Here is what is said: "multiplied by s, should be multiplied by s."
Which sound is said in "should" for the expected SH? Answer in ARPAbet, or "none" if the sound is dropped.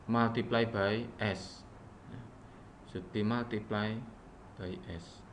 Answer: S